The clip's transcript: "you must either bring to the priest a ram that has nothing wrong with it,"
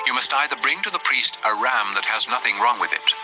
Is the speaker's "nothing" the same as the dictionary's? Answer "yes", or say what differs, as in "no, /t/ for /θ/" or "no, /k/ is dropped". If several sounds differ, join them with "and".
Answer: yes